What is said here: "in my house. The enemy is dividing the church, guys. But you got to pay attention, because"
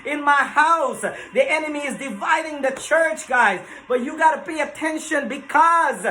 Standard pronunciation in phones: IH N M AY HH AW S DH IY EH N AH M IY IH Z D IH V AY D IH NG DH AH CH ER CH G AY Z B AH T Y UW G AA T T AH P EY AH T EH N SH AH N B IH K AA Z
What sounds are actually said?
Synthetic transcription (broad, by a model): IH N M AY HH AW S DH IY EH N AH M IY IH Z D IH V AY D IH NG DH AH CH ER CH G AY Z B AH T Y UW G AA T T AH P EY AH T EH N SH AH N B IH K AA Z